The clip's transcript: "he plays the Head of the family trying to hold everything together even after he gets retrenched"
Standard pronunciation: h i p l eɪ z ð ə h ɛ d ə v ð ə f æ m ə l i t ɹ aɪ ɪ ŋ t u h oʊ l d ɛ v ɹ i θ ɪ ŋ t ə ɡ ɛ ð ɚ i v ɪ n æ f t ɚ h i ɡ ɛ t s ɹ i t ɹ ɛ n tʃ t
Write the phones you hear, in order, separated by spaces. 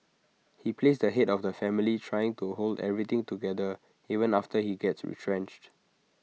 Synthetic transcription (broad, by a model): h i p l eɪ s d ə h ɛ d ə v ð ə f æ m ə l i t ɹ aɪ ɪ ŋ t u h oʊ l d ɛ v ɹ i t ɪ ŋ t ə ɡ ɛ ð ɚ i v ɪ n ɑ f t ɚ h i ɡ ɛ t s ɹ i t ɹ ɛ n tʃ t